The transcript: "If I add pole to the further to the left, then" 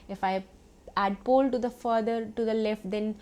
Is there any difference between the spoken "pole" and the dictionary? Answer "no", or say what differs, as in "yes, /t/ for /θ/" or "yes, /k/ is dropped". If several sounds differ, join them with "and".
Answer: no